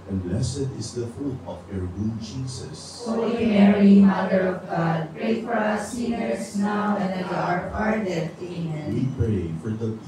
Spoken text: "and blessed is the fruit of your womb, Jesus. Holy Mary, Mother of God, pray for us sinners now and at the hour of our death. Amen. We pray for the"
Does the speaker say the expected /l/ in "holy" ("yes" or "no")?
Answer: no